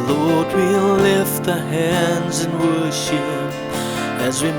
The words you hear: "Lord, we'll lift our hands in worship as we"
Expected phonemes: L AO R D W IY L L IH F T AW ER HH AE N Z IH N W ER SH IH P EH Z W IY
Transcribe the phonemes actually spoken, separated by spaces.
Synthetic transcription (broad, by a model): L AO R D W IY L L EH F T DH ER HH AE N Z IH N W ER SH IH P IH Z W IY